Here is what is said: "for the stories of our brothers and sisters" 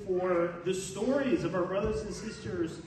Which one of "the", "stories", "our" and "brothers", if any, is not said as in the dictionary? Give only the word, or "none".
none